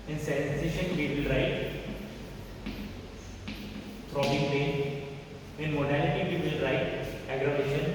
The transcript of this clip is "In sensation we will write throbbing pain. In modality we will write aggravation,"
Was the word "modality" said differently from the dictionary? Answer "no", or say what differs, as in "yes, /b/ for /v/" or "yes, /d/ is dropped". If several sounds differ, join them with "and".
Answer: no